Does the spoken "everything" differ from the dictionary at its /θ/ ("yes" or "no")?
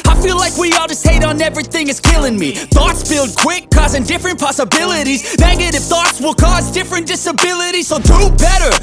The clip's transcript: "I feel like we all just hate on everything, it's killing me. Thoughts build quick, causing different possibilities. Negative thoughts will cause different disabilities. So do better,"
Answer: no